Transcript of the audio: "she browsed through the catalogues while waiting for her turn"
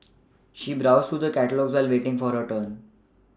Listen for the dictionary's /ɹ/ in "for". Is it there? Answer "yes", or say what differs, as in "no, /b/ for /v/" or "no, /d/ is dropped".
yes